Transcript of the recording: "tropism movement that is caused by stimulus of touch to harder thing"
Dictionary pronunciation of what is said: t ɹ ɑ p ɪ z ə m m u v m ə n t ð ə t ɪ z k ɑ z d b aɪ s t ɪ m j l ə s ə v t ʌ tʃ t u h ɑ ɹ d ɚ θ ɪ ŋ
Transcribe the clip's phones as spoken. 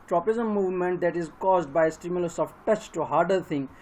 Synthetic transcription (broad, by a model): t ɹ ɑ p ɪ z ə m m u v m ə n t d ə t ɪ z k ɑ z d b aɪ s t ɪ m j l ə s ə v t ʌ tʃ t u h ɑ ɹ d ɚ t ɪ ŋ